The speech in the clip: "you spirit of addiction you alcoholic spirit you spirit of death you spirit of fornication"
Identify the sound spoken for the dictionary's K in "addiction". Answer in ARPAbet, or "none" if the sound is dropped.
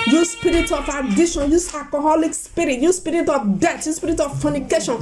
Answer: none